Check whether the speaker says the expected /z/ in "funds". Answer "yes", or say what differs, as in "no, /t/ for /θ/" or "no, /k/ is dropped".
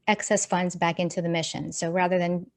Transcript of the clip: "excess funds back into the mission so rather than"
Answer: yes